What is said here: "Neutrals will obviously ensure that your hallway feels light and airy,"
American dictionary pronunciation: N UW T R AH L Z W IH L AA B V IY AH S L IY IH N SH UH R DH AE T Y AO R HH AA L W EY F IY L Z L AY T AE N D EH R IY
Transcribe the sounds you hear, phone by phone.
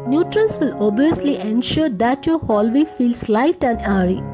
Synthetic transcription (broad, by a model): N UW T R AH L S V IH L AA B IY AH S L IY IH N SH UH R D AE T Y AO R HH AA L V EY F IY L S L AY T AE N D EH R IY